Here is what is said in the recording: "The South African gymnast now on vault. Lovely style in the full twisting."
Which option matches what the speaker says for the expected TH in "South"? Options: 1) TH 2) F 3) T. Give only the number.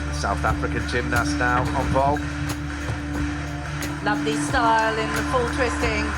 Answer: 1